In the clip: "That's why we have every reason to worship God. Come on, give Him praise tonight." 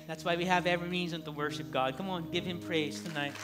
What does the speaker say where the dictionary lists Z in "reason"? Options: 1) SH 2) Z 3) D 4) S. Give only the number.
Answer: 2